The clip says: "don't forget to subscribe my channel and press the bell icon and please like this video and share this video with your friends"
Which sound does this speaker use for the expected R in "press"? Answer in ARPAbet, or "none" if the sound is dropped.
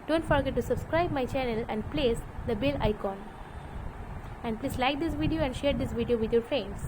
L